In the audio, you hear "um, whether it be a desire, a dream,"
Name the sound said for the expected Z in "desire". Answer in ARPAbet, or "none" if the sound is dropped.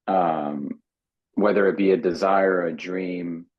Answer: Z